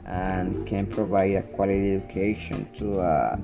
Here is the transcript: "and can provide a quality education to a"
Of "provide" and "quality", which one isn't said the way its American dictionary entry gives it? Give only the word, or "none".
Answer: none